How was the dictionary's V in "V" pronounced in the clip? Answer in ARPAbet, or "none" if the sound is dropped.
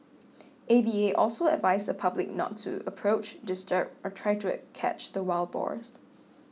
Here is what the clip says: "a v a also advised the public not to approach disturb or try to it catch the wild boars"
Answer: B